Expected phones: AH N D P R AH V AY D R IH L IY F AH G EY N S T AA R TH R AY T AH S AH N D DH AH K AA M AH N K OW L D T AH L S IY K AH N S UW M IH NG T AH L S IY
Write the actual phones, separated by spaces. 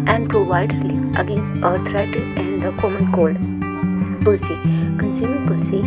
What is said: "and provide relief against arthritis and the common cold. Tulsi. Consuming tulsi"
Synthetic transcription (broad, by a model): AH N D P R AH V AY D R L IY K AH G EY N S T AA R T R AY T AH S AH N D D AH K AA M AH N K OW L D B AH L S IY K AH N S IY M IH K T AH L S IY